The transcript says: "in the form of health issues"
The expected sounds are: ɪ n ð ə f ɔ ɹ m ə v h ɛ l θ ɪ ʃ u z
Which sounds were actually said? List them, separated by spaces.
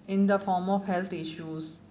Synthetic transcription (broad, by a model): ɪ n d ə f ɔ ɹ m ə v h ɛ l t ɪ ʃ u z